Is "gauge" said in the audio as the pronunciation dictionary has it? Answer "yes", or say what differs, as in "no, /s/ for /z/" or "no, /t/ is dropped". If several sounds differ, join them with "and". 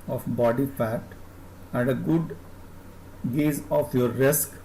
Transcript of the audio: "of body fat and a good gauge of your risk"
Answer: no, /z/ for /dʒ/